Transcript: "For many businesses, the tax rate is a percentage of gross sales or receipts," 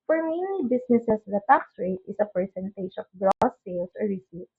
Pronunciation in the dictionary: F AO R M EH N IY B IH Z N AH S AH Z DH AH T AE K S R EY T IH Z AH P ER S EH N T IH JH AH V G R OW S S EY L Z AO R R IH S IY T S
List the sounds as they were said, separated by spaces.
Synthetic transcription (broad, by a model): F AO R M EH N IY B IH S N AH S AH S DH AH T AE K S R EY T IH S AH P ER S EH N T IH SH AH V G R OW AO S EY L S AO R R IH S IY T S